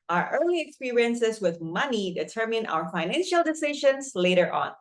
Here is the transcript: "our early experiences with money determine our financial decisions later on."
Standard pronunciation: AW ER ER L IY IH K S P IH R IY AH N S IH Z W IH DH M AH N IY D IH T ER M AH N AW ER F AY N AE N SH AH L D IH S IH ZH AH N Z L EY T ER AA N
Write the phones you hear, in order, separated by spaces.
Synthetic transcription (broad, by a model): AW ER ER L IY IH K S P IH R IY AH N S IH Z W IH DH M AH N IY D IH T ER M AH N AW ER F AY N AE N SH AH L D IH S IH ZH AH N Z L EY T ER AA N